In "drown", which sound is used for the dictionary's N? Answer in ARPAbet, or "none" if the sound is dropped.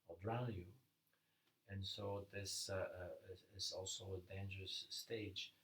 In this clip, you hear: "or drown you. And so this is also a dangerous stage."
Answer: L